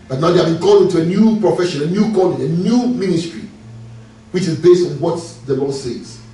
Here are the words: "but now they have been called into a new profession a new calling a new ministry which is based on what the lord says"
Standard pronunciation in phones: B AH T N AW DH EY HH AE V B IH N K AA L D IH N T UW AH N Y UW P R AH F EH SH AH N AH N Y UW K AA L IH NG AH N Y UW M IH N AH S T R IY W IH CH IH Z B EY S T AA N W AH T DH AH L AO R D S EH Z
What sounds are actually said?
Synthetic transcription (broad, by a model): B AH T N AW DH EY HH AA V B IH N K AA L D IH N T UW AH N Y UW P R AH F EH SH AH N AH N Y UW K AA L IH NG AH N Y UW M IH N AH S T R IY W IH CH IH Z B EY S T AA N W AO T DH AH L AO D S EH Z